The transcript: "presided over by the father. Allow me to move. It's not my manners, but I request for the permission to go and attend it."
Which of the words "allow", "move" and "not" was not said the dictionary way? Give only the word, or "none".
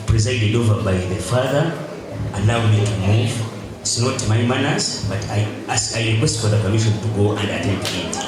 allow